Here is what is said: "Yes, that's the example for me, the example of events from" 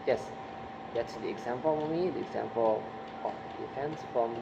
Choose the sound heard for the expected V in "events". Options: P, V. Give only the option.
P